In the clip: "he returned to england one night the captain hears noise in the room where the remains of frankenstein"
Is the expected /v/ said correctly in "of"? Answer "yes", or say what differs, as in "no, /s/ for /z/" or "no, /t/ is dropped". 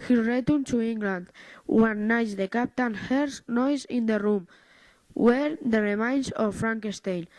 no, /f/ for /v/